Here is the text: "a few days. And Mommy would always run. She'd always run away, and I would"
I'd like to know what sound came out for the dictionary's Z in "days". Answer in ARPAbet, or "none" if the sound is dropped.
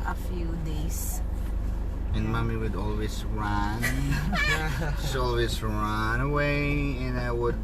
S